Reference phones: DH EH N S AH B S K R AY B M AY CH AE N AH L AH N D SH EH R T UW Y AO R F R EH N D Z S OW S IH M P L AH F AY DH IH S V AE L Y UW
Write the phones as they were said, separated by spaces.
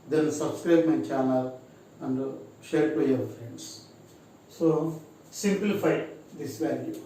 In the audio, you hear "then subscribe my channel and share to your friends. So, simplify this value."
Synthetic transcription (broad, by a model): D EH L S AH B S K R AY B M AY CH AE N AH L AH N D SH EH R T UW Y AO R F R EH N D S S OW S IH M P L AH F AY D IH S V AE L Y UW